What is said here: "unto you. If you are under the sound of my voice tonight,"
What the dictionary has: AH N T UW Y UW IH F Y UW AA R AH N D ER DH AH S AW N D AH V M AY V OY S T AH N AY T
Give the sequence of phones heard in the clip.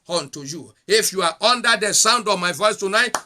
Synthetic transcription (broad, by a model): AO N T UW Y UW IH F Y UW AA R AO N D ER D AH S AW N D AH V M AY V OY S T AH N AY T